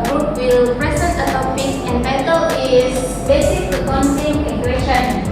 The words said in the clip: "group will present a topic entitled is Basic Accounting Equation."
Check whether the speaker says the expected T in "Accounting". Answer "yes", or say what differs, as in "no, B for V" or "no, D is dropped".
no, S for T